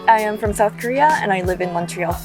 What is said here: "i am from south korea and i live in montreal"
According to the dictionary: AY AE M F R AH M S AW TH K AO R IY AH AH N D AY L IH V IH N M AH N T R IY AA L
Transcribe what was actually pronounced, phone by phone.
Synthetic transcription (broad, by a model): AY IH M F R AH M S AW TH K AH R IY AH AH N AY L IH V IH N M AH N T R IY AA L